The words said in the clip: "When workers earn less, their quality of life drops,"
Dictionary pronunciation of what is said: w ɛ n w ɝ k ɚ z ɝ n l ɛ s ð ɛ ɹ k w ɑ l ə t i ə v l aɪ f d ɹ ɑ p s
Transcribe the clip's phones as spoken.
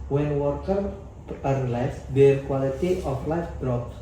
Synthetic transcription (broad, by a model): w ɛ n w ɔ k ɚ ɝ l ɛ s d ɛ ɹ k w ɑ l ə t i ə f l aɪ f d ɹ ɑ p s